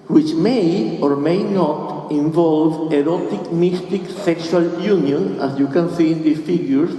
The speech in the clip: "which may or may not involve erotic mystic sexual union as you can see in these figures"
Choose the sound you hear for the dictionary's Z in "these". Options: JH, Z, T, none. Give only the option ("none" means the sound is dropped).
none